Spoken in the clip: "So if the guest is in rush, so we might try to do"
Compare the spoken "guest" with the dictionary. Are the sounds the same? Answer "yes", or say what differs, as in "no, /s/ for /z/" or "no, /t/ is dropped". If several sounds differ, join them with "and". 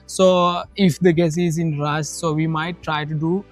no, /t/ is dropped